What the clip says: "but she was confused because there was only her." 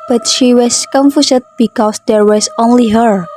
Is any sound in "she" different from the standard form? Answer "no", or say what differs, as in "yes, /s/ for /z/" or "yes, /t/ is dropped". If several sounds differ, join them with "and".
no